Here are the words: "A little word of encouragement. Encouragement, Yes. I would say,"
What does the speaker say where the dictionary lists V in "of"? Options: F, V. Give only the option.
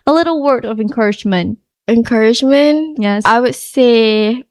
V